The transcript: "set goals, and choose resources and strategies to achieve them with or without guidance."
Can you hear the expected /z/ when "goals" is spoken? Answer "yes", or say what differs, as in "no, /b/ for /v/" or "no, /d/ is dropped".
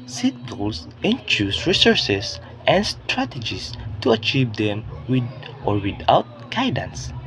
no, /s/ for /z/